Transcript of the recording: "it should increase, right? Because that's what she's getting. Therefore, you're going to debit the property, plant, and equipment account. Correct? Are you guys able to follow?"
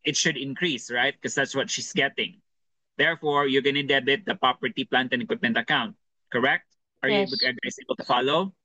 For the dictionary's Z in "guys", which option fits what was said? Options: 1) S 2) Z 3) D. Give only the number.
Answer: 1